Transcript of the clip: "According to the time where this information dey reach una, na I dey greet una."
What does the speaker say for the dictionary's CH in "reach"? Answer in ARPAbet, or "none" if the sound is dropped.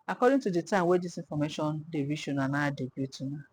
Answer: SH